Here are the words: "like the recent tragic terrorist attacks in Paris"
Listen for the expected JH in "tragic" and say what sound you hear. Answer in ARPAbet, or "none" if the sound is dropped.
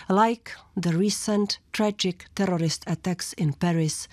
JH